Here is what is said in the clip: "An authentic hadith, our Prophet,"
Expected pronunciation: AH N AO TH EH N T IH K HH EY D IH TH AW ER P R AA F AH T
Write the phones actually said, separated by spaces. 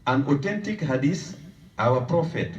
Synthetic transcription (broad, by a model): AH N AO T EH N T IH K HH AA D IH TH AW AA P R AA F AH T